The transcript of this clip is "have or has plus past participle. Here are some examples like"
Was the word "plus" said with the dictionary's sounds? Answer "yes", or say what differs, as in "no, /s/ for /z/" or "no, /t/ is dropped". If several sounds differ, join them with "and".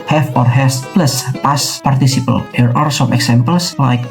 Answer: yes